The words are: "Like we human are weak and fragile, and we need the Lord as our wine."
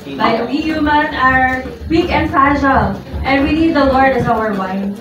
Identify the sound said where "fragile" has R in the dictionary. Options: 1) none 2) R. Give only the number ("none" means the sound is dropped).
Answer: 1